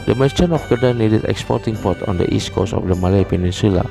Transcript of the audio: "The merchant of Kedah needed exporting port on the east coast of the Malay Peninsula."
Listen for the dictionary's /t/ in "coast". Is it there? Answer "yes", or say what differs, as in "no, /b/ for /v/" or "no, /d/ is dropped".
no, /t/ is dropped